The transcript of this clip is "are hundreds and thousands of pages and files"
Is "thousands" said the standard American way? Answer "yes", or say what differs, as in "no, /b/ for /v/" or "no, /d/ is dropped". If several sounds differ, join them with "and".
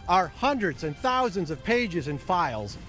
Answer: yes